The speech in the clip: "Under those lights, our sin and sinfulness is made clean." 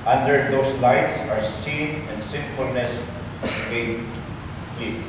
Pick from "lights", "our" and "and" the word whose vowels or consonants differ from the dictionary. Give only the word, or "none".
none